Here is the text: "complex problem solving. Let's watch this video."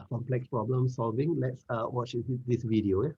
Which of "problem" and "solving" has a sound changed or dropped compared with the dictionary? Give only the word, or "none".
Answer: none